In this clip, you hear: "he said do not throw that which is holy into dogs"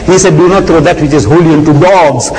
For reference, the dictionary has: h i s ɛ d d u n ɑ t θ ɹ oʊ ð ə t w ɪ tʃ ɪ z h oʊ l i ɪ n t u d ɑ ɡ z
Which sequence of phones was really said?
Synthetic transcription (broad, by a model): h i s ɛ d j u n ɑ t t ɹ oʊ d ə t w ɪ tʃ ɪ z h oʊ l i ɪ n t u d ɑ ɡ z